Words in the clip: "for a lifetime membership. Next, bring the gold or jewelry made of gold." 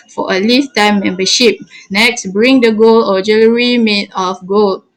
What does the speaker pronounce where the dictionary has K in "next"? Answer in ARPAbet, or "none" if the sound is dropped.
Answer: K